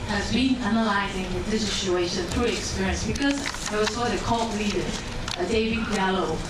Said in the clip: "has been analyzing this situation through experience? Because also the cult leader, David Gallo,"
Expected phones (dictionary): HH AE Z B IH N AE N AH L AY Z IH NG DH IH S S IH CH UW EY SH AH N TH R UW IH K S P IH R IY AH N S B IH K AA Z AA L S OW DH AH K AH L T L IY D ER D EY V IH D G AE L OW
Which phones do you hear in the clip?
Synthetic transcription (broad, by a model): HH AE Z B IH N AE N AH L AY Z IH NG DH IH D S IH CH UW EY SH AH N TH R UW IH K S P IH R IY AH N S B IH K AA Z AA W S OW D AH K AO T L IY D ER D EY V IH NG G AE L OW